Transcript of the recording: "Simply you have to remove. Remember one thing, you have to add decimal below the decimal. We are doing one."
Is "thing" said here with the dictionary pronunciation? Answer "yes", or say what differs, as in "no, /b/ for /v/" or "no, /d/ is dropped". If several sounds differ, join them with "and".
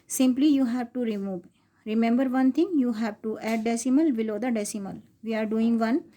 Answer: no, /t/ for /θ/